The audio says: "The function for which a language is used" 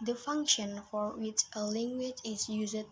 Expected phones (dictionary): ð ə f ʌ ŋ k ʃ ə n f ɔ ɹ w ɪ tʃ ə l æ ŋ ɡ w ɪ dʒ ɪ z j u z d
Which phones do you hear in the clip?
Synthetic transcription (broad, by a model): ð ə f ʌ ŋ k ʃ ə n f ɔ ɹ w ɪ tʃ ə l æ ŋ ɡ w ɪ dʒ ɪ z j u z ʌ